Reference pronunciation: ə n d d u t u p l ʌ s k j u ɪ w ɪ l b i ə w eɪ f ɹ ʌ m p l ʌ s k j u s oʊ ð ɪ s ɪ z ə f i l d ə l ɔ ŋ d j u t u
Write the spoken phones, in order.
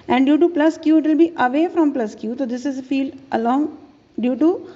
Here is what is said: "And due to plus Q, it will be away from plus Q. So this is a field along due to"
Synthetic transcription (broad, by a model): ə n d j u t u p l ʌ s k j u ɪ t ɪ l b i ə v eɪ f ɹ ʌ m p l ʌ s k j u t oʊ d ɪ s ɪ z ə f i l d ə l ɔ ŋ d j u t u